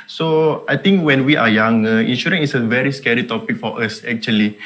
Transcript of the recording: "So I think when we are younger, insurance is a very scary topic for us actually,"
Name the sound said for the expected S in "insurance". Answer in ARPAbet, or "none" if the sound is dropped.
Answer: none